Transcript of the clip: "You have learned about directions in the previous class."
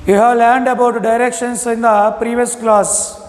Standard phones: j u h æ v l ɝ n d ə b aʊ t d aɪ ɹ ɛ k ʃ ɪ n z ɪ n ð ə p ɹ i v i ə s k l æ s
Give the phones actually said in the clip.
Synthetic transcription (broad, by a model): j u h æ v l ɝ n d ə b aʊ t d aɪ ɹ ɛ k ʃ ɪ n s ɪ n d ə p ɹ i v i ə s k l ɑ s